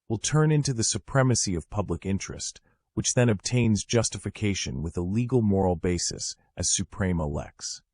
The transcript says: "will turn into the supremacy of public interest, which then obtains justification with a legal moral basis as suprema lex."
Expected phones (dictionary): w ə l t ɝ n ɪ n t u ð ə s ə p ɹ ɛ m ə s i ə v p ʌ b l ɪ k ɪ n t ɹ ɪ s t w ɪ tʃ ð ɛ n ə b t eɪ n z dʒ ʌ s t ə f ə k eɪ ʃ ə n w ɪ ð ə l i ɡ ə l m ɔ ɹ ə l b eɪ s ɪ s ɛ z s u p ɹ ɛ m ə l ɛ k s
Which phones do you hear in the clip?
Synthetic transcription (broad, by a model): w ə l t ɝ n ɪ n t u ð ə s ə p ɹ ɛ m ə s i ə v p ʌ b l ɪ k ɪ n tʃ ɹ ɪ s t w ɪ tʃ ð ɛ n ə b t eɪ n z dʒ ʌ s t ə f ə k eɪ ʃ ə n w ɪ ð ə l i ɡ l m ɔ ɹ l b eɪ s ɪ s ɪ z s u p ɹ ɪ m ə l ɛ k s